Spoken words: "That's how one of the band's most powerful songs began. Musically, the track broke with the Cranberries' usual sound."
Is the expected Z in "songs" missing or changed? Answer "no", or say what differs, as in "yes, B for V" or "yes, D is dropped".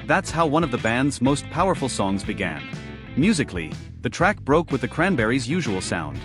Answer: no